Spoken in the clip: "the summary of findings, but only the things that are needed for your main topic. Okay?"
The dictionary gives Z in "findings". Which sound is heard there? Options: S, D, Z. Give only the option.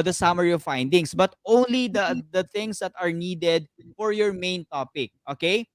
S